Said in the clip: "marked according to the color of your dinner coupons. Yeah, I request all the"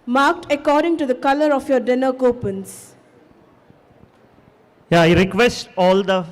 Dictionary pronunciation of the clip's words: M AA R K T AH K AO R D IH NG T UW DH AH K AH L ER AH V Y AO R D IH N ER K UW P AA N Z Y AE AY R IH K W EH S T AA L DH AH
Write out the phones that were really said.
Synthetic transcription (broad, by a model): M AA R K T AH K AO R D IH NG T UW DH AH K AH L ER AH F Y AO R D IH N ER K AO P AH N S Y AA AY R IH K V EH S T AA L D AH